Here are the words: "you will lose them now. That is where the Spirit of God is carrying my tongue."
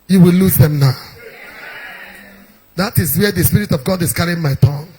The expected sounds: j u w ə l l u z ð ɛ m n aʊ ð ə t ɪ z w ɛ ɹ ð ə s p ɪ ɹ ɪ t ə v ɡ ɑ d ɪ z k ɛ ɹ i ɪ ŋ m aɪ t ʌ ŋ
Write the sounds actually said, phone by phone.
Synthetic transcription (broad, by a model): j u w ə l l u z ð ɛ m n aʊ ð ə t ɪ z w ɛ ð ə s p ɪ ɹ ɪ t ə v ɡ ɑ d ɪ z k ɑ ɹ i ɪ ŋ m aɪ t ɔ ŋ